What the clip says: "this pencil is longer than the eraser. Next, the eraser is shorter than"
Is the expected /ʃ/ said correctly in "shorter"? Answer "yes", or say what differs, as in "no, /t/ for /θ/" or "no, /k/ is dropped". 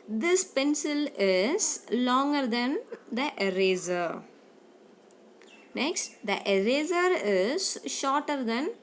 yes